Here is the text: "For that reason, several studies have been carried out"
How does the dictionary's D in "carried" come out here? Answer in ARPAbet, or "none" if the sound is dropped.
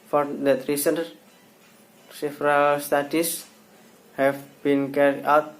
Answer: none